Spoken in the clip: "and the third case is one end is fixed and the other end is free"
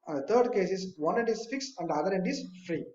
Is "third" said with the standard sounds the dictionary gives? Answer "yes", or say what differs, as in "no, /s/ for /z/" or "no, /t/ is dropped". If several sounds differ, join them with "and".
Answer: no, /t/ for /θ/